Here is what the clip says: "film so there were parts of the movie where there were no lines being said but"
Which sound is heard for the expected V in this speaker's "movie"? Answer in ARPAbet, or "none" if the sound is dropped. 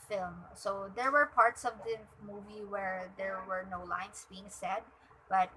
V